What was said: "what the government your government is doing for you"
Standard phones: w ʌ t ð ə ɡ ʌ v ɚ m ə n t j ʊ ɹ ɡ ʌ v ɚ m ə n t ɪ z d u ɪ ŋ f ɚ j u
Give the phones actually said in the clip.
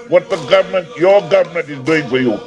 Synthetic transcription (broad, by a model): w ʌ t ð ə ɡ ʌ v ɚ m ə n t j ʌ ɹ ɡ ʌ v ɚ m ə n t ɪ z d u ɪ ŋ f ɚ j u